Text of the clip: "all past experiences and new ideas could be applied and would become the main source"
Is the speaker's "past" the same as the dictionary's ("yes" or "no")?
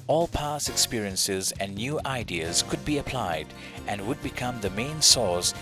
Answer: no